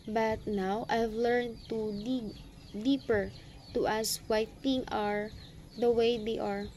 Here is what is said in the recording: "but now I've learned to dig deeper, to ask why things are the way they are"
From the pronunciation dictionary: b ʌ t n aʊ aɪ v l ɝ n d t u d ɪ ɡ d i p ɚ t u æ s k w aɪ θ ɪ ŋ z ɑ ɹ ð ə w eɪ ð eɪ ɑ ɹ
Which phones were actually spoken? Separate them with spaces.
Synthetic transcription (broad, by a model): b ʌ t n aʊ aɪ v l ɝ n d t u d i d i p ɚ t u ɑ s w aɪ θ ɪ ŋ ɑ ɹ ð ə w eɪ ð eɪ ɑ ɹ